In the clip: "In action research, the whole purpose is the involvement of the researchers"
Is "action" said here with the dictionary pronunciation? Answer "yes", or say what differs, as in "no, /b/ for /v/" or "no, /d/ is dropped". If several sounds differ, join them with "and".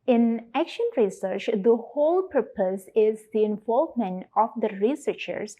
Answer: yes